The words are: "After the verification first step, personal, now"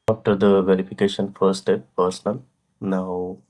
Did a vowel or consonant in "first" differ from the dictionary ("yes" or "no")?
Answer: yes